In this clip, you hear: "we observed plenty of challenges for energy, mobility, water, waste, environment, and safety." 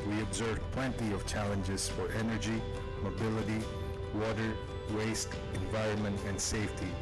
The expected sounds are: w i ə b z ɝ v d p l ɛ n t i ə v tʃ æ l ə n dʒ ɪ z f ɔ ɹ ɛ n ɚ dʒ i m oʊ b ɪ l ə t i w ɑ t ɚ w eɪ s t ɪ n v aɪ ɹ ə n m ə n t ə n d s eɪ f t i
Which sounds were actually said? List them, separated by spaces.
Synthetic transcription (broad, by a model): w i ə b z ɝ v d p l ɛ n t i ə v tʃ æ l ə n dʒ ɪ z f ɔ ɹ ɛ n ɚ dʒ i m oʊ b ɪ l ə t i w ɑ t ɚ w eɪ s t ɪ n v aɪ ɹ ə n m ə n t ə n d s eɪ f t i